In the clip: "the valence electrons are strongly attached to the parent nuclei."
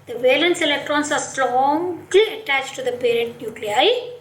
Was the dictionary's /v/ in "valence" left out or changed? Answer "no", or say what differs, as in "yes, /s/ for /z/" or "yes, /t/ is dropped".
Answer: no